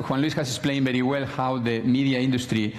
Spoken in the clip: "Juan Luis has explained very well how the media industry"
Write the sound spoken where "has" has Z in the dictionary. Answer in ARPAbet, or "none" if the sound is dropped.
S